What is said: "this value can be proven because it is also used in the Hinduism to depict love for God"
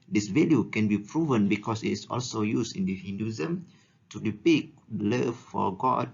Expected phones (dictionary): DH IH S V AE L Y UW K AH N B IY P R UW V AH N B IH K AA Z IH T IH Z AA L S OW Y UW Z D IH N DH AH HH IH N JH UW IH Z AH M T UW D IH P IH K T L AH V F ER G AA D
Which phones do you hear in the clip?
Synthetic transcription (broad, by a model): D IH S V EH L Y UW K AH N B IY P R UW V AH N B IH K AA S IH T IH S AA L S OW Y UW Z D IH N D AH HH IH N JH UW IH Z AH M T UW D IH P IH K L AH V F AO G AA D